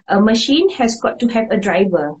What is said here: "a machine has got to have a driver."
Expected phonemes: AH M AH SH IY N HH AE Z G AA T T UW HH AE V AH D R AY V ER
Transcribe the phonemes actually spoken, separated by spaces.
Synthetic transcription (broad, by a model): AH M AH SH IY N HH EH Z G AA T T UW HH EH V AH D R AY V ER